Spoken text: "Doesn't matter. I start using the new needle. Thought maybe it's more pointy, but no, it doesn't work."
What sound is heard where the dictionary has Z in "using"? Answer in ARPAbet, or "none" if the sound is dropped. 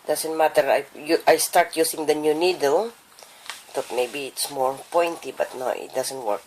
S